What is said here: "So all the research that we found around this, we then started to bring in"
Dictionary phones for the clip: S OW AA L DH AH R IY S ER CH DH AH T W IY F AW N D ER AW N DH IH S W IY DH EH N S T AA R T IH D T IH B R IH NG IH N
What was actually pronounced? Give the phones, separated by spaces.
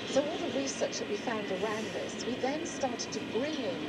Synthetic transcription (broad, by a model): S OW AA L DH AH R IY S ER CH DH AH T W IY F AW N D ER AW N DH IH S W IY DH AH N S T AA R T IH D T IH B R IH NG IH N